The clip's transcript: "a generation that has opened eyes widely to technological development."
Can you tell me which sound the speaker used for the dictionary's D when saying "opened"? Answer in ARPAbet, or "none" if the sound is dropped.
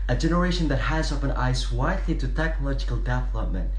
none